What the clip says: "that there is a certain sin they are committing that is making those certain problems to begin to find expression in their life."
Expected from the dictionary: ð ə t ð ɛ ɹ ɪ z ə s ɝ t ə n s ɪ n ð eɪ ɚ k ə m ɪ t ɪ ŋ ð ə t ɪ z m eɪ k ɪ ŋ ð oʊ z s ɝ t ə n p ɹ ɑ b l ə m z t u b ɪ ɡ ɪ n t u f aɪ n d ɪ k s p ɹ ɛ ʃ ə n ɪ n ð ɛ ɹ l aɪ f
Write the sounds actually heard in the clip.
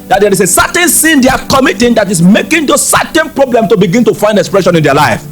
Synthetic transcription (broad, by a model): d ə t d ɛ ɹ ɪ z ə s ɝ t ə n s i n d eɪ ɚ k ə m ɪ t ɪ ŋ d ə t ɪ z m eɪ k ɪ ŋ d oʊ s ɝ t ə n p ɹ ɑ b l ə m t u b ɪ ɡ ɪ n t u f aɪ n d ɪ k s p ɹ ɛ ʃ ə n ɪ n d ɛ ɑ l aɪ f